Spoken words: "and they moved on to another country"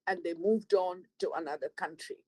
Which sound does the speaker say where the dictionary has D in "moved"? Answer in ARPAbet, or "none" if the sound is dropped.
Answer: D